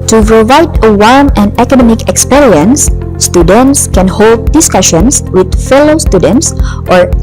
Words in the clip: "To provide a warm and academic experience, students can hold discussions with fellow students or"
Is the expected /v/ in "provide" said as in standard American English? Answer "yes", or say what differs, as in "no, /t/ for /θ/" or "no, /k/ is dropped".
yes